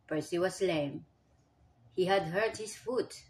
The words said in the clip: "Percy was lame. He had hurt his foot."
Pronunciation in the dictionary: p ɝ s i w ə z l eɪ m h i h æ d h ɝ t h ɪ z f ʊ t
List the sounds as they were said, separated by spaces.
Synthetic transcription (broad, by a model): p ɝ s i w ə s l eɪ m h i h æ d h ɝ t h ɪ s f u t